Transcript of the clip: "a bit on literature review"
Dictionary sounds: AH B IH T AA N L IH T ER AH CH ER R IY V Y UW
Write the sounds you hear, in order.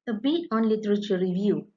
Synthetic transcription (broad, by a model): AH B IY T AA N L IH T ER AH CH ER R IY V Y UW